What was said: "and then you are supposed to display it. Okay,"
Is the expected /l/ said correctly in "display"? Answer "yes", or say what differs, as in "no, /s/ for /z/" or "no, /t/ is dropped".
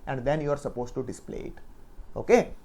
yes